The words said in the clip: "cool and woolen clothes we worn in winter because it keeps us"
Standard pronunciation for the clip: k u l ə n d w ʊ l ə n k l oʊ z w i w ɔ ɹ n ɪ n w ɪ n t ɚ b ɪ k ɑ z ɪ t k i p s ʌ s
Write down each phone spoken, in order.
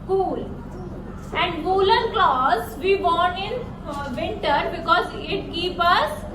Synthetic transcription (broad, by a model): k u l ə n d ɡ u l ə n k l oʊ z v i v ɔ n ɪ n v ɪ n t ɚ b ɪ k ɑ z ɪ t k i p ʌ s